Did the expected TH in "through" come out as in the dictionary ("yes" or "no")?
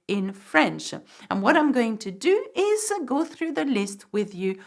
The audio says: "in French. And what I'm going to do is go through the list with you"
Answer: yes